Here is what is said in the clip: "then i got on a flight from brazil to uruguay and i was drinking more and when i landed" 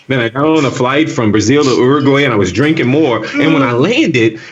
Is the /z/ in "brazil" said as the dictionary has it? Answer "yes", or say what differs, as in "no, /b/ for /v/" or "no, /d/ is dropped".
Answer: yes